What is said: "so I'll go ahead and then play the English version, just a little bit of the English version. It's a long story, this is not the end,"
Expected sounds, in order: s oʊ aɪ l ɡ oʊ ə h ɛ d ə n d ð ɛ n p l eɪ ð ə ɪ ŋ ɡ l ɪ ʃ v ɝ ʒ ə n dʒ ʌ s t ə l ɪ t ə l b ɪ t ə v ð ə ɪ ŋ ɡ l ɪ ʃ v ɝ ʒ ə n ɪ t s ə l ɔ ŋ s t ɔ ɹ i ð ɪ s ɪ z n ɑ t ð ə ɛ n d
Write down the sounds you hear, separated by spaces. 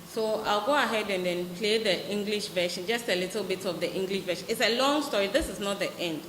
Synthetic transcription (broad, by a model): s oʊ aɪ l ɡ oʊ ə h ɛ d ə n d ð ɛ n p l eɪ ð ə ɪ ŋ ɡ l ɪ ʃ v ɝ ʃ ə n dʒ ʌ s t ə l ɪ t ə l b ɪ t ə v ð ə ɪ ŋ ɡ l ɪ ʃ v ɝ ʃ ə n ɪ t s ə l ɔ ŋ s t ɔ ɹ i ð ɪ s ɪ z n ɑ t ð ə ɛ n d